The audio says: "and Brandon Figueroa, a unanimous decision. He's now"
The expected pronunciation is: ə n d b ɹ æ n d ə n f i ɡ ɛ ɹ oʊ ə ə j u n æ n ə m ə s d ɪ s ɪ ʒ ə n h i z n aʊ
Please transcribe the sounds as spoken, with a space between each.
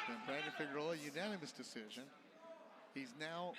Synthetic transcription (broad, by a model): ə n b ɹ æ d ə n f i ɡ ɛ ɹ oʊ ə ə j u n æ n ə m ə s d ɪ s ɪ ʒ ə n h i z n aʊ